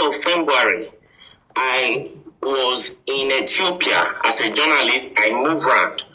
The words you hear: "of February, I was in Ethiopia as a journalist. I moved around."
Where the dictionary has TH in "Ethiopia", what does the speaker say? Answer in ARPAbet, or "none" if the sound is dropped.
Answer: T